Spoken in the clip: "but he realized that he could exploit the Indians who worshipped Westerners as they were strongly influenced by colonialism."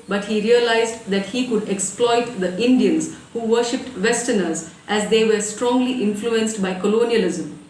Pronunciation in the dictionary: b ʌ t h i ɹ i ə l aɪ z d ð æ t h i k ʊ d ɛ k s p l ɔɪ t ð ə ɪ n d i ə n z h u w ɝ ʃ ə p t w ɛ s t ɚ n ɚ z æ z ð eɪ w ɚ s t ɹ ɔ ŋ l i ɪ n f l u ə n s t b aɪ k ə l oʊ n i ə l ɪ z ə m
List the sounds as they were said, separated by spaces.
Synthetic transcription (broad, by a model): b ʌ t h i ɹ i ə l aɪ z d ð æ t h i k ʊ d ɛ k s p l ɔɪ t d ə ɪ n d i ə n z h u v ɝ ʃ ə p t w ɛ s t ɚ n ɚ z æ z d eɪ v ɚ s t ɹ ɔ ŋ l i ɪ n f l u ə n s t b aɪ k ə l oʊ n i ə l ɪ z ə m